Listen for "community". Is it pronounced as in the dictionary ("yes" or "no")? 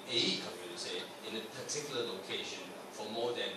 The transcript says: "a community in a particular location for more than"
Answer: no